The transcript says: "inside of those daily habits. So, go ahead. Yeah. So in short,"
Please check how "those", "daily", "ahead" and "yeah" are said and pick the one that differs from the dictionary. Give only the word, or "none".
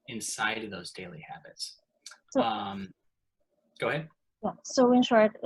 none